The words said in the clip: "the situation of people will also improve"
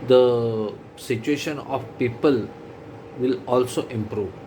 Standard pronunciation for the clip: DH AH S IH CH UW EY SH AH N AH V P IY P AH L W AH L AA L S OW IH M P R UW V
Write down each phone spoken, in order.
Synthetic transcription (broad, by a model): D AH S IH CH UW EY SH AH N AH F P IY P AH L W AH L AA L S OW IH M P R UW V